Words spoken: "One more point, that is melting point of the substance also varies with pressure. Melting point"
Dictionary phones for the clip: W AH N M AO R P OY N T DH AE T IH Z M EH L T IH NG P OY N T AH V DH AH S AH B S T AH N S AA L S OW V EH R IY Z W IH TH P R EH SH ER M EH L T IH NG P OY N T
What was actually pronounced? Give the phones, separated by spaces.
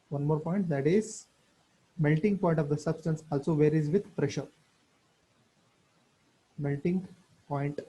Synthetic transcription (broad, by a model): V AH N M AO R P OY N T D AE T IH Z M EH L T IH NG P OY N T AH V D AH S AH B S T AH N S AA L S OW V EH R IY Z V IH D P R EH SH ER M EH L T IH NG P OY N T